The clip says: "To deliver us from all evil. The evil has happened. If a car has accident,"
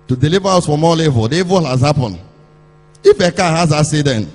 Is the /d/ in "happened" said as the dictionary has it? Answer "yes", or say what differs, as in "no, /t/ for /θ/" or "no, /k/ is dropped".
no, /d/ is dropped